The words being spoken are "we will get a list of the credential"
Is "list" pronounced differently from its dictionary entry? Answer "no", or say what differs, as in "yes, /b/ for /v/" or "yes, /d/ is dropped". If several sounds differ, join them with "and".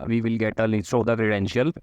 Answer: yes, /t/ is dropped